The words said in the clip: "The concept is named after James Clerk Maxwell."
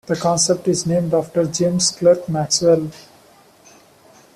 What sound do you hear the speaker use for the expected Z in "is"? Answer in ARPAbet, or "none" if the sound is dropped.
Z